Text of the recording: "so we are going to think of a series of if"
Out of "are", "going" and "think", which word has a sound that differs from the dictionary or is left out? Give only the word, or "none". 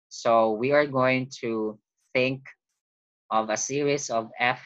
none